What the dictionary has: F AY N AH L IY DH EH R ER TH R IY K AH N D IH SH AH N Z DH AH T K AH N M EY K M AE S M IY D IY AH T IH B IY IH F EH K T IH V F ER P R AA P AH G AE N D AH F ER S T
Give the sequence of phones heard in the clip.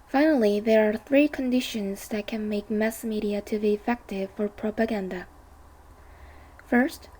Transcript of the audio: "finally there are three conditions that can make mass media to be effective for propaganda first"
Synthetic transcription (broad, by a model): F AY N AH L IY DH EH R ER TH R IY K AH N D IH SH AH N Z DH AH T K AH N M EY K M AE S M IY D IY AH T IH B IY IH F EH K T IH V F ER P R AA P AH G AE N D AH F ER S T